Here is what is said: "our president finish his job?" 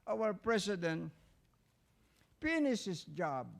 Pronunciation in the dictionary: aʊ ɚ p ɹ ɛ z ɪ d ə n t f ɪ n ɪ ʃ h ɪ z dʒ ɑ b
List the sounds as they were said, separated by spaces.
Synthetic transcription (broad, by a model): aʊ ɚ p ɹ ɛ s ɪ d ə n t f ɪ n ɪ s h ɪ s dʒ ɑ b